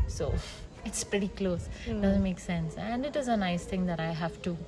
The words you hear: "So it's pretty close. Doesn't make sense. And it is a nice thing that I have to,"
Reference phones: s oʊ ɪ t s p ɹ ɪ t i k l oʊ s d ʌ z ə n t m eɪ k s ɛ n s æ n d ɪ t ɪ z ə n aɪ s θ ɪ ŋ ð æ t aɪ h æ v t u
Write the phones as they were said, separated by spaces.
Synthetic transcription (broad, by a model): s oʊ ɪ t s p ɹ ɪ t i k l oʊ s d ʌ z ə n t m eɪ k s ɛ n s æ n d ɪ t ɪ z ə n aɪ s t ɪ ŋ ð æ t aɪ h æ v t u